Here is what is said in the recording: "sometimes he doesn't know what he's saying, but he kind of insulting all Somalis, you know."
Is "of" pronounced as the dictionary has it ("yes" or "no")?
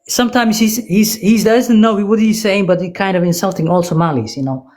yes